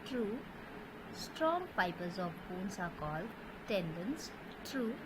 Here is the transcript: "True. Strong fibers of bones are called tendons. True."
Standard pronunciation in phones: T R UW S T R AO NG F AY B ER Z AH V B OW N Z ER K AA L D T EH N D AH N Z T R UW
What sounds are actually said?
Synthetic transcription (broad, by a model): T R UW S T R AO NG P AY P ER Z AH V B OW N S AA K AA L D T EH N D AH N S T R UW